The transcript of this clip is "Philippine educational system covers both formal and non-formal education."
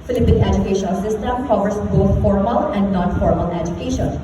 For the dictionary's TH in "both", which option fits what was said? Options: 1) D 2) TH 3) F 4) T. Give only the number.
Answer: 4